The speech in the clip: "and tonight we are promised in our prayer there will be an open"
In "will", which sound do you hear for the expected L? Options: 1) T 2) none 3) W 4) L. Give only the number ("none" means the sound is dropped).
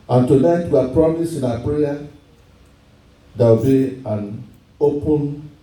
3